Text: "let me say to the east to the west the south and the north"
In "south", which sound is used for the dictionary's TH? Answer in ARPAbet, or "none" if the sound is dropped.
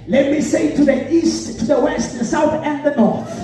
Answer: TH